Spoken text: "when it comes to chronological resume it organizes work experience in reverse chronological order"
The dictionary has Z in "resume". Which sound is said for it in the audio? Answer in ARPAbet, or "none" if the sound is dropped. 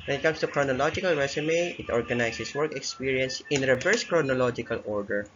S